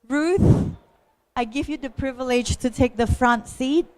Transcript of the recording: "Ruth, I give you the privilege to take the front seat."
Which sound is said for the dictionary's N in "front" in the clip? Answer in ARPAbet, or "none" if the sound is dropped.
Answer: N